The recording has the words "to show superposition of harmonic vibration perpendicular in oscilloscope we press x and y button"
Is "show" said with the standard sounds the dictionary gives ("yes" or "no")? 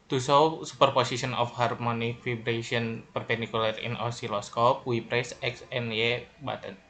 no